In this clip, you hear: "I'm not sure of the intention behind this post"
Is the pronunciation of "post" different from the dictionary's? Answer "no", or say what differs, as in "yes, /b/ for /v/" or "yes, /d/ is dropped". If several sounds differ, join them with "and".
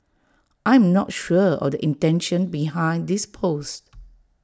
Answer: no